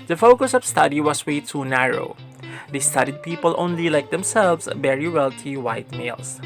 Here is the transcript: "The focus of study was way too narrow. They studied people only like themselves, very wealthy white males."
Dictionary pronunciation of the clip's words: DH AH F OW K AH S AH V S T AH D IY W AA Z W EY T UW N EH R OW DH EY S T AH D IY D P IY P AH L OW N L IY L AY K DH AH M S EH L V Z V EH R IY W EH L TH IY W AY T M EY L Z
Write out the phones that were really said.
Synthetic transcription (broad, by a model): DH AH F OW K AH S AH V S T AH D IY W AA S W EY T UW N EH R OW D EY S T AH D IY D P IY P AH L OW N L IY L AY K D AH M S EH L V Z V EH R IY W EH L T IY W AY T M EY L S